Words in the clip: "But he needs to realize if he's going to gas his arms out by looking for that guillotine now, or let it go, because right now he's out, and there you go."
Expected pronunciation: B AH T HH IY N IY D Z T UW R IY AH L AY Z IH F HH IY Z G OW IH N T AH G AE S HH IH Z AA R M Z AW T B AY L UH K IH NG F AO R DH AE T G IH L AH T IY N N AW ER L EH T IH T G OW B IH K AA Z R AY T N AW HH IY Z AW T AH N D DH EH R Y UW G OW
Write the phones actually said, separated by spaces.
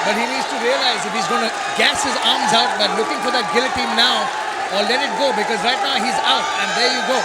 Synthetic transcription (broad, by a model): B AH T HH IY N IY D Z T UW R IY AH L AY Z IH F HH IY Z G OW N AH G AE S HH IH Z AA R M Z AW T B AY L UH K IH NG F AO R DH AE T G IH L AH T IY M N AW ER L EH T IH T G OW B IH K AA Z R AY T N AW HH IY Z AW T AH N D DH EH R Y UW G OW